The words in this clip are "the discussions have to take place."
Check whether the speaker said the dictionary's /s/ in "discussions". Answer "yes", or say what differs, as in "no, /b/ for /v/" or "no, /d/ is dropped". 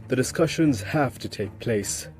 yes